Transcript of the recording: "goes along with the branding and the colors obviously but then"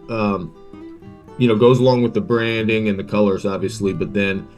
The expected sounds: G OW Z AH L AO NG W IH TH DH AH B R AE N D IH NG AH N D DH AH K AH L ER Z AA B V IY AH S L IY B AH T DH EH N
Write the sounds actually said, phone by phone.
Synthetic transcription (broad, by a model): G OW Z AH L AO NG W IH DH AH B R AE N D IH NG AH N DH AH K AH L ER Z AA B V IY AH S L IY B AH T DH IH N